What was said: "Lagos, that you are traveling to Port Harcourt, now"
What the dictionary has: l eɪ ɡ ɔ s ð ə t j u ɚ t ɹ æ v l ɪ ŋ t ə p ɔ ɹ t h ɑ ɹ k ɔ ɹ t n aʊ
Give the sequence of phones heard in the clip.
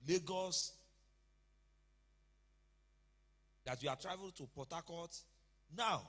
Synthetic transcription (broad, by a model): l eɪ ɡ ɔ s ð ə t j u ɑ t ɹ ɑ v ɪ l t ə p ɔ t ɑ k ɔ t n aʊ